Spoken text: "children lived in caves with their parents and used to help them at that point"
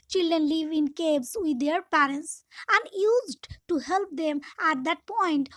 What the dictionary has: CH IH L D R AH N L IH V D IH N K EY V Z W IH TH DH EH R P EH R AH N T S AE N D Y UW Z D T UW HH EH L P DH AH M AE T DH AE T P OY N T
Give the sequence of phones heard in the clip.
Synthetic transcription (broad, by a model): CH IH L D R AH N L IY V IH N K EY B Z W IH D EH R P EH R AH N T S AE N D Y UW Z D T UW HH EH L P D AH M AE T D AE T P OY N T